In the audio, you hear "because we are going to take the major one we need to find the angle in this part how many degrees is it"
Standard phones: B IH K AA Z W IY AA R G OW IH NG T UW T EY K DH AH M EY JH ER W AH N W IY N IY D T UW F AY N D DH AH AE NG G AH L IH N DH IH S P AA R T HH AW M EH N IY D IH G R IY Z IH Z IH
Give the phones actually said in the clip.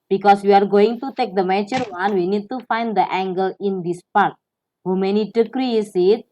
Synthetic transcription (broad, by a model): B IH K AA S W IY AA R G OW IH NG T UW T EY K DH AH M EY JH ER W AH N W IY N IY D T UW F AY N D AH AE NG G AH L IH N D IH S P AA R T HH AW M EH N IY D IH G R IY S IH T